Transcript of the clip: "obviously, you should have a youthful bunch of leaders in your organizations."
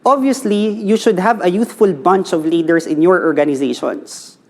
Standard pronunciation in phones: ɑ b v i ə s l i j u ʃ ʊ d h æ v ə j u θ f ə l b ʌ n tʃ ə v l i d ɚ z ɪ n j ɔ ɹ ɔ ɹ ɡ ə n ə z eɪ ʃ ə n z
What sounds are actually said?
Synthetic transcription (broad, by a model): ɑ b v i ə s l i j u ʃ ʊ d h æ v ə j u θ f ə l b ʌ n tʃ ə v l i d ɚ s ɪ n j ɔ ɹ ɔ ɹ ɡ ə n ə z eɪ ʃ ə n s